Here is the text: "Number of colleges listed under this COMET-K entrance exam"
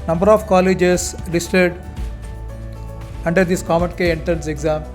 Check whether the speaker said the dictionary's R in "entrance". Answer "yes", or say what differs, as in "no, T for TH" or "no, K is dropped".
no, R is dropped